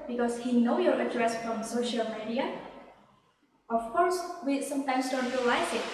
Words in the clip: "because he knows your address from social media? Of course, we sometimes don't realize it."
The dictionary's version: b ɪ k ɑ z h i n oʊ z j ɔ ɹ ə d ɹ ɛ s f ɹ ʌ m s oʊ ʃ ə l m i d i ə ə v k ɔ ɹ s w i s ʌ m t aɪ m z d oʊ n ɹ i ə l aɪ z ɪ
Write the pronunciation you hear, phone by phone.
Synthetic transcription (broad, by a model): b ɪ k ɑ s h i n oʊ j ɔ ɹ ə d ɹ ɛ s f ɹ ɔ m s oʊ ʃ ə l m i d i ə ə f k ɔ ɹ s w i s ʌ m t aɪ m s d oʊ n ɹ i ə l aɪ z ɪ